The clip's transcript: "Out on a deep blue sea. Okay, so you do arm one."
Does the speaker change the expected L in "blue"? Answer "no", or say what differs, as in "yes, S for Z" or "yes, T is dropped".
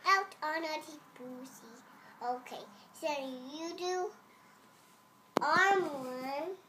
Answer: yes, L is dropped